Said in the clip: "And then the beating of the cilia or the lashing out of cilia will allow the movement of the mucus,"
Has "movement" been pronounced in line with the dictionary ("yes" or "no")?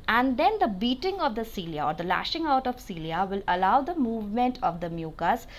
yes